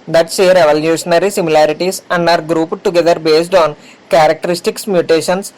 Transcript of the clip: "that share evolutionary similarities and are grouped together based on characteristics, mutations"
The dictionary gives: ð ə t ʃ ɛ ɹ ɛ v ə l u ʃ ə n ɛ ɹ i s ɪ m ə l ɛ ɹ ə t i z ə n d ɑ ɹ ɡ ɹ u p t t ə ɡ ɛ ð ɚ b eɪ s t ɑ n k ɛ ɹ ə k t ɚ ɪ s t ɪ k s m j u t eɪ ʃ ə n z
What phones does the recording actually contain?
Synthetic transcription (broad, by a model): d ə t s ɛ ɹ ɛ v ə l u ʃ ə n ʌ ɹ i s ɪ m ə l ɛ ɹ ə t i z ə n d ɑ ɹ ɡ ɹ u p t t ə ɡ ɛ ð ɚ b eɪ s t ɑ n k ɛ ɹ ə k t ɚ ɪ s t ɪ k s m j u t eɪ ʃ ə n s